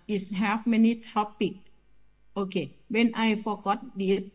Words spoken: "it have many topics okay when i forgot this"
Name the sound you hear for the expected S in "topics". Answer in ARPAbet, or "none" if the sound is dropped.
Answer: none